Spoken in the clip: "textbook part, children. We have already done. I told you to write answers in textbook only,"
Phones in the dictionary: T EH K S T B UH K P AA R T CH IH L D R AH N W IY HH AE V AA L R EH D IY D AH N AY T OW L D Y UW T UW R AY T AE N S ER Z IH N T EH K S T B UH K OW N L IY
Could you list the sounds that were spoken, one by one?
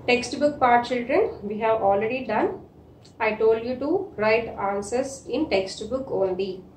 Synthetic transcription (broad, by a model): T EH K S T B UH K P AA R T CH IH L D R AH N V IY HH AE V AA L R EH D IY D AH N AY T OW L D Y UW T UW R AY T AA N S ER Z IH N T EH K S T B UH K OW N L IY